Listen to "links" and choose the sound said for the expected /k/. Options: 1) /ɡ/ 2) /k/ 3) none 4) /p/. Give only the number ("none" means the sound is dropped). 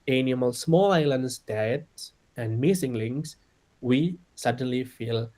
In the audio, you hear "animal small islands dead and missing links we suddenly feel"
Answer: 3